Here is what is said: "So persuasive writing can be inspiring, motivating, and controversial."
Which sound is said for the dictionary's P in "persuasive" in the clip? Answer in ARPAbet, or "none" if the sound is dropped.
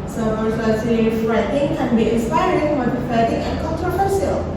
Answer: F